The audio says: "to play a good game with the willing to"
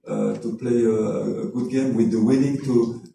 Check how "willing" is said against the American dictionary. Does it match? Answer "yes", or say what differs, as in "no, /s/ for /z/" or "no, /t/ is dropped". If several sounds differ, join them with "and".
no, /n/ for /l/